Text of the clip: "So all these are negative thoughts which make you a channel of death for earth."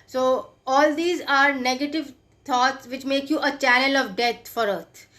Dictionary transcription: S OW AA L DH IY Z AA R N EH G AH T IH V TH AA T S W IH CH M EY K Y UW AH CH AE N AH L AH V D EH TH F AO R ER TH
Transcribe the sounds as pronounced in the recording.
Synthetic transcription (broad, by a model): S OW AA L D IY Z AA R N EH G AH T IH V T AA T S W IH CH M EY K Y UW AH CH AE N AH L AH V D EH T F AO R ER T